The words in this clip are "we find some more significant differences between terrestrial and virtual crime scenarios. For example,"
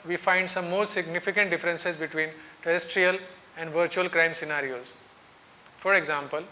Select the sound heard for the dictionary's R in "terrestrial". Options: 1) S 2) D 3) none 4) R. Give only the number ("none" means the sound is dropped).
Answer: 4